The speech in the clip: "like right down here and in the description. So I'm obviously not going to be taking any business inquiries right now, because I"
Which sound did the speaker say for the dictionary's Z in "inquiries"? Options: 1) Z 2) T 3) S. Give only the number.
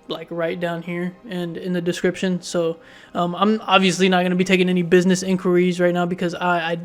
1